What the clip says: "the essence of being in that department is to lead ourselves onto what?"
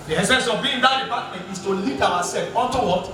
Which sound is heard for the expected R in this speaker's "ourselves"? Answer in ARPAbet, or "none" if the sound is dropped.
W